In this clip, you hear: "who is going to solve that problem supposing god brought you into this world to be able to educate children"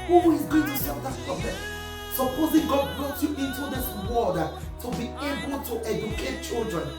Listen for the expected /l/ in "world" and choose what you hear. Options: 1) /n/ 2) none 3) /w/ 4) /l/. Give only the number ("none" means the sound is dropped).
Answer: 2